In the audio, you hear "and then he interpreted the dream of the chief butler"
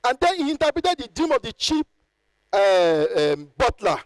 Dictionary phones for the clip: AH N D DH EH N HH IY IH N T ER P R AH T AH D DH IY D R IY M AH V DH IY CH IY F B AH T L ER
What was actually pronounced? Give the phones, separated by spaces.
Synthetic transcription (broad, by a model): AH N D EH N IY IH N T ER P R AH T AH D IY D R IY M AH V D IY CH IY P B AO T L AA